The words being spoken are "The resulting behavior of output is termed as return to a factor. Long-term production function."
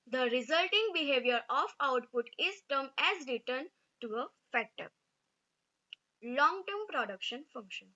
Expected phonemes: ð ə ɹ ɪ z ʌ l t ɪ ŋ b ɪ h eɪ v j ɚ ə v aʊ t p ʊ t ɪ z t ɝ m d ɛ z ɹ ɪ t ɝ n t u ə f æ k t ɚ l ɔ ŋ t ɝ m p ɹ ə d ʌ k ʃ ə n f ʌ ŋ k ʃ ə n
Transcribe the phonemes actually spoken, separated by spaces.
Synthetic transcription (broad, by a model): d ə ɹ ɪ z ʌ l t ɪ ŋ b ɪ h eɪ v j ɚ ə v aʊ t p ʊ t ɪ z t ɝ m ɛ z ɹ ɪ t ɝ n t u ə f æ t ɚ l ɔ ŋ t ɝ m p ɹ ə d ʌ k ʃ ə n f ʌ ŋ k ʃ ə n